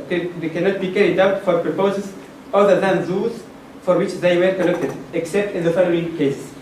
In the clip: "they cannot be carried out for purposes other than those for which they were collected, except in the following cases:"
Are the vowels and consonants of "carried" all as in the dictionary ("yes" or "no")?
yes